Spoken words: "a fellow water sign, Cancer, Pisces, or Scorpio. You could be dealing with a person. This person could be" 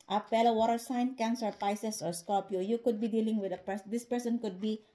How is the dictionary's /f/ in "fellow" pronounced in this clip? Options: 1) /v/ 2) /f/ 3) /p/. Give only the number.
3